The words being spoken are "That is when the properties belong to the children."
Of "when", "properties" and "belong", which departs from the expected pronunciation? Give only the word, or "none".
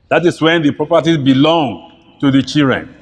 properties